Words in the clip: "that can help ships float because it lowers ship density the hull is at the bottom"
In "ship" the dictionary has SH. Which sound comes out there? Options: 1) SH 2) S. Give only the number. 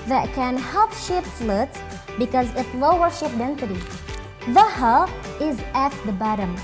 1